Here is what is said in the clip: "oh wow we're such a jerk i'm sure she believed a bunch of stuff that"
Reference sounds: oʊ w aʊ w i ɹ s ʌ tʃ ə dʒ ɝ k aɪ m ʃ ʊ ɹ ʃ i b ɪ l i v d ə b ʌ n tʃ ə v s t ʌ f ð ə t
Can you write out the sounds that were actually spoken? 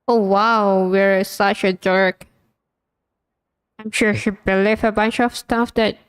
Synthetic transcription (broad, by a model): oʊ w aʊ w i ɹ s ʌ tʃ ə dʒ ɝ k aɪ m ʃ ʊ ɹ ʃ i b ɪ l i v ə b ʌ n tʃ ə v s t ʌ f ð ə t